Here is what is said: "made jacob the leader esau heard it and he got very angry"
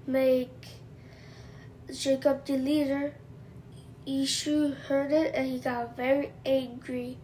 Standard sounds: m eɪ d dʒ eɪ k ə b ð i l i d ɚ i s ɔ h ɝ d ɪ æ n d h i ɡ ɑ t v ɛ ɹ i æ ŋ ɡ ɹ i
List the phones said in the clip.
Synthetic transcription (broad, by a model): m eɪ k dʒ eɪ k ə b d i l i d ɚ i ʃ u h ɝ d ɪ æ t h i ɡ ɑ v ɛ ɹ i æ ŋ ɡ ɹ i